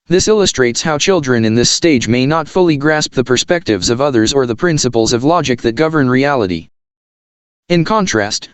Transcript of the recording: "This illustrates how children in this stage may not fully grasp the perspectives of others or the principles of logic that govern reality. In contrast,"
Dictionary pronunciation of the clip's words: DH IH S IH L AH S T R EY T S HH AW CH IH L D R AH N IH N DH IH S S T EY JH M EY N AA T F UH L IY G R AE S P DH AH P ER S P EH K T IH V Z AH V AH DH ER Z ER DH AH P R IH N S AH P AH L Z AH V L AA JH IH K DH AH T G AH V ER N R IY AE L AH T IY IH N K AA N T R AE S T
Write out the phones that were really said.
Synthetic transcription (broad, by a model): DH IH S IH L AH S T R EY T S HH AW CH IH L D R AH N IH N DH IH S S T EY JH M EY N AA T F UH L IY G R AE S P DH AH P ER S P EH K T IH V Z AH V AH DH ER Z ER DH AH P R IH N S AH P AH L Z AH V L AA JH IH K DH AH T G AH V ER N R IY AE L AH T IY IH N K AA N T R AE S T